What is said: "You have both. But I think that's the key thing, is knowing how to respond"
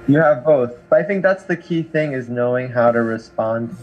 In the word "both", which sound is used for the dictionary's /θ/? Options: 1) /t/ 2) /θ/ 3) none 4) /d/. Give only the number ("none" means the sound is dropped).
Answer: 2